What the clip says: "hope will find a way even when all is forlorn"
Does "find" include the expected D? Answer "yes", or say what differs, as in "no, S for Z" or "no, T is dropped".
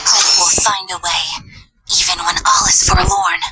yes